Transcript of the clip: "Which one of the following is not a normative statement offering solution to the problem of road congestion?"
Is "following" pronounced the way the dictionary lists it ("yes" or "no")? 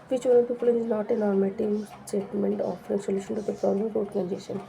no